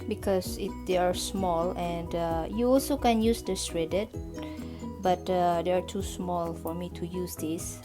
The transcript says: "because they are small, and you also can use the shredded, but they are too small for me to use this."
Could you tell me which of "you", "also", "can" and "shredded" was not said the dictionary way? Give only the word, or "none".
shredded